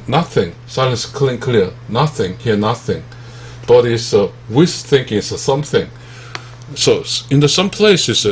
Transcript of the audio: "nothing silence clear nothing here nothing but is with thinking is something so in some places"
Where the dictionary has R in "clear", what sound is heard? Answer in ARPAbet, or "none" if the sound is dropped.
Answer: L